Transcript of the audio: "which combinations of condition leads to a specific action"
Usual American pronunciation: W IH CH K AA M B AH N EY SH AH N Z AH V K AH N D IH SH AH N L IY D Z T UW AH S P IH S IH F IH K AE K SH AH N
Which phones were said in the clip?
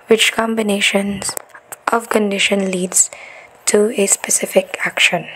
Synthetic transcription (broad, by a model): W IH CH K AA M B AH N EY SH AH N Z AH V K AH N D IH SH AH N L IY D Z T UW AH S P IH S IH F IH K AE K SH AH N